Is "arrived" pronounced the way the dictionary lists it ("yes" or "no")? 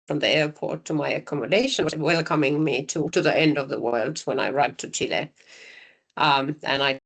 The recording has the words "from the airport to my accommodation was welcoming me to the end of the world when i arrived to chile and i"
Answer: no